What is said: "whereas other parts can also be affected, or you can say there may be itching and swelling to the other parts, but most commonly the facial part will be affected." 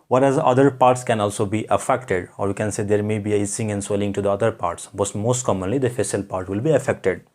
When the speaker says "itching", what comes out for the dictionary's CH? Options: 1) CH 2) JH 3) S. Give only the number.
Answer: 3